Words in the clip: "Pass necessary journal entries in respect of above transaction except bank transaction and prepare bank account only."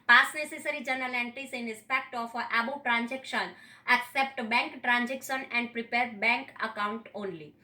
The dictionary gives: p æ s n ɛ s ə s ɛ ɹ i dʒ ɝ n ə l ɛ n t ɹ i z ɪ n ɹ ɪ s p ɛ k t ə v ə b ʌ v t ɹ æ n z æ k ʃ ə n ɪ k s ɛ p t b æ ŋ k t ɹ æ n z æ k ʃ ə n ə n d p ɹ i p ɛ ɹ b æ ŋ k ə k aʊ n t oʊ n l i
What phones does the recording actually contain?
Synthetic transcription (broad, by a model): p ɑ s n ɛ s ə s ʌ ɹ i dʒ ɝ n ə l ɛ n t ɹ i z ɪ n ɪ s p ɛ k t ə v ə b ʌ b t ɹ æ n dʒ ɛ k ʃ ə n ɪ k s ɛ p t b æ ŋ k t ɹ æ n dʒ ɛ k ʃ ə n ə n d p ɹ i p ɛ ɹ b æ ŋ k ə k aʊ n t oʊ n l i